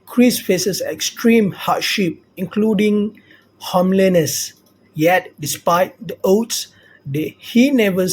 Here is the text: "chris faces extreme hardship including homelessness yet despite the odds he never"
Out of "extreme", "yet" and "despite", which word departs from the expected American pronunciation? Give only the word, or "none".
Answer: none